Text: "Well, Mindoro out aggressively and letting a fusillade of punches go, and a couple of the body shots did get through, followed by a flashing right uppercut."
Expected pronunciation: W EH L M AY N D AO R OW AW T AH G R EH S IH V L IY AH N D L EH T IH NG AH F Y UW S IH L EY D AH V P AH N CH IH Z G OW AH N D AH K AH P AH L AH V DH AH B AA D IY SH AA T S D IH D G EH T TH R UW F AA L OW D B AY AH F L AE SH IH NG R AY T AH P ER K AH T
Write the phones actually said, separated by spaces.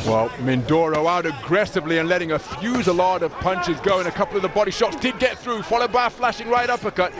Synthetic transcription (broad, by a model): W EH L M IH N D AO R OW AW T AH G R EH S IH V L IY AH N L EH T IH NG AH F Y UW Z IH L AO D AH V P AH N CH IH Z G OW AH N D AH K AH P L AH V DH AH B AA D IY SH AA T S D IH D G EH T TH R UW F AA L OW D B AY AH F L AE SH IH NG R AY T AH P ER K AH T